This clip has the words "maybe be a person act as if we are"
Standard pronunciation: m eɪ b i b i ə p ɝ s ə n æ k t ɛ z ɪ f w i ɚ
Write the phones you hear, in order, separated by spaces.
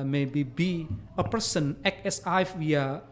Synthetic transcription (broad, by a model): m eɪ b i b i ə p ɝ s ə n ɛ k ɛ s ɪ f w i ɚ